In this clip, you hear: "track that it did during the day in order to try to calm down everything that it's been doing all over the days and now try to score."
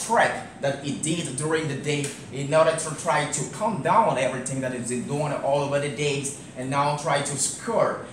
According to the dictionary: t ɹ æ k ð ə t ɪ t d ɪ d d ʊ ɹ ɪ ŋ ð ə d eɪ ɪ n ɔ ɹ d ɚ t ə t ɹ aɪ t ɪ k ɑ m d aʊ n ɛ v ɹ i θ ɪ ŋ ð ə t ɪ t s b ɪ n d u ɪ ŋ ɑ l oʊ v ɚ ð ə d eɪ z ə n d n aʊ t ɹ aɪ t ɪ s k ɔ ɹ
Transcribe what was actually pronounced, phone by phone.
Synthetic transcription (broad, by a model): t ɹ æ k ð ə t ɪ t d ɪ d d ʊ ɹ ɪ ŋ ð ə d eɪ ɪ n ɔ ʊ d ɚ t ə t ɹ aɪ t ɪ k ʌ m d aʊ n ɛ v ɹ i θ ɪ ŋ ð ə t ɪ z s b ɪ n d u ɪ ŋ ɑ l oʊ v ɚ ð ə d eɪ z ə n n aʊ t ɹ aɪ t ɪ s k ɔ ɹ